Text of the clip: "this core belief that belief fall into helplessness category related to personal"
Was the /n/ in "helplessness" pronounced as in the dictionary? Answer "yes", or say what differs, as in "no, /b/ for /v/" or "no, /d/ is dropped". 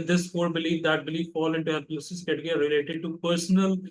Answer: no, /n/ is dropped